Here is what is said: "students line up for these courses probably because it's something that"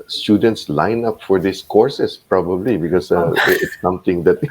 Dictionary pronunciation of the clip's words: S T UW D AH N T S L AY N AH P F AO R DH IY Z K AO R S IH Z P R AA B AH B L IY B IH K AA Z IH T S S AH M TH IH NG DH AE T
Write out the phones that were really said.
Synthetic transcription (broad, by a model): S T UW D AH N T S L AY N AH P F AO R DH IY S K AO R S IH S P R AA B AH B L IY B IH K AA S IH T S S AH M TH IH NG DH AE T